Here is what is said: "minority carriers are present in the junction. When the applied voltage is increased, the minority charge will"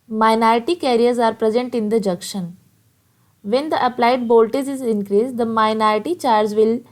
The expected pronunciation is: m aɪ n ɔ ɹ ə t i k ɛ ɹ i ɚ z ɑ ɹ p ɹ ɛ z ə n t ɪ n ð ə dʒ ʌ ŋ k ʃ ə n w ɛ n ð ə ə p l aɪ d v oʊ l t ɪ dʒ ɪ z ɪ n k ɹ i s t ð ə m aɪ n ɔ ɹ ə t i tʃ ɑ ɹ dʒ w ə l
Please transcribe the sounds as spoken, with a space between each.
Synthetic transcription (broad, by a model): m aɪ n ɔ ɹ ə t i k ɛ ɹ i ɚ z ɑ ɹ p ɹ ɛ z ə n t ɪ n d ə dʒ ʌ k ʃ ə n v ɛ n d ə ə p l aɪ d b oʊ l t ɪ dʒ ɪ z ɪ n k ɹ i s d ə m aɪ n ɔ ɹ ə t i tʃ ɑ ɹ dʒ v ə l